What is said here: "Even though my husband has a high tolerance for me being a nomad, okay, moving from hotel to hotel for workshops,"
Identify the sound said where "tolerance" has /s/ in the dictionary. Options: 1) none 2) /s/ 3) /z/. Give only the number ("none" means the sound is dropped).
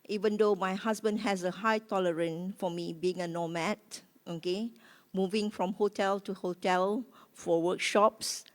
1